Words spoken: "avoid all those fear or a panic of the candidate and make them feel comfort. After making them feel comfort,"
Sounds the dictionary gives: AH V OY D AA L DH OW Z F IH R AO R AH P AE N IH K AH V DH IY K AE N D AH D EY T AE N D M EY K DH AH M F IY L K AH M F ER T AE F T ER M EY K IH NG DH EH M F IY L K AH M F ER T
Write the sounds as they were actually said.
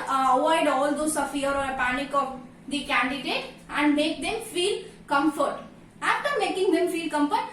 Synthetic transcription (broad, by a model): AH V OY D AA L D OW S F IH R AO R AH P AE N IH K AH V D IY K AE N D AH D EY T AE N D M EY K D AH M F IY L K AH M F ER T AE F T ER M EY K IH NG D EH M F IY L K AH M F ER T